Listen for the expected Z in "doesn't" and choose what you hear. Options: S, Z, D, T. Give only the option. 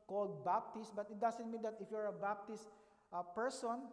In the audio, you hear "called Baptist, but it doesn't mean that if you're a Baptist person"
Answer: S